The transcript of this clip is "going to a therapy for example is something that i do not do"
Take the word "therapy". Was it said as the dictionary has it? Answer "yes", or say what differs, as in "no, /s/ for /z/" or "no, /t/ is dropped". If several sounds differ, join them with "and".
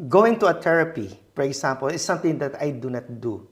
no, /t/ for /θ/